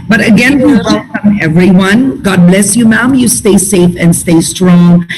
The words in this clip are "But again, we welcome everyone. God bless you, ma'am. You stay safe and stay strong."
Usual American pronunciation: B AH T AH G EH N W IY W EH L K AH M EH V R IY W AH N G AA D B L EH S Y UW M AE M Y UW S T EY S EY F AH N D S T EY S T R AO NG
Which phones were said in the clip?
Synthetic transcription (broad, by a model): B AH T AH G EH N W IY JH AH K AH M EH V R IY W AH N G AA D B L EH S Y UW M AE M Y UW S T EY S EY F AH N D S T EY S T R AO NG